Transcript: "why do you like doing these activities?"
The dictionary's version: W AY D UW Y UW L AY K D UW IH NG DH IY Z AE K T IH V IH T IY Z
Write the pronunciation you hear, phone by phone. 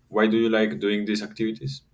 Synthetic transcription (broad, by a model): W AY D UW Y UW L AY K D UW IH NG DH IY S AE K T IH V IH T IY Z